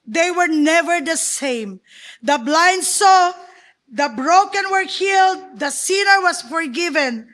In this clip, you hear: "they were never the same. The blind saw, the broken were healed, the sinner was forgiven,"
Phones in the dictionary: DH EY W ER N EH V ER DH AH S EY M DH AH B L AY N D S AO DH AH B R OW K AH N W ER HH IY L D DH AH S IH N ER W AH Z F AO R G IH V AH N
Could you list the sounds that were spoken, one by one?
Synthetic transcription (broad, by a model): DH EY W ER N EH V ER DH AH S EY M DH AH B L AY N D S AO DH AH B R OW K AH N W ER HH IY L D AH S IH N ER W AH S F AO R G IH V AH N